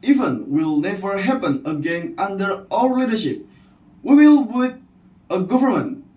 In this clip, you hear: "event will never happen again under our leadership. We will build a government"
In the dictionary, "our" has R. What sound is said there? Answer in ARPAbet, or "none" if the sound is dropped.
L